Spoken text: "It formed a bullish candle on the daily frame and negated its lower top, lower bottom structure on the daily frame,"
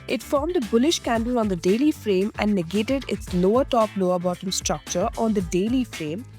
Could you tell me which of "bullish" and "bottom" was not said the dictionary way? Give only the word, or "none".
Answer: none